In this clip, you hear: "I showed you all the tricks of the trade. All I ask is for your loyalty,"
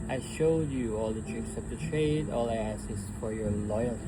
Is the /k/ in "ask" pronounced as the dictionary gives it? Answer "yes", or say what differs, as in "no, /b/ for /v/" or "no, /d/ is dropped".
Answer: no, /k/ is dropped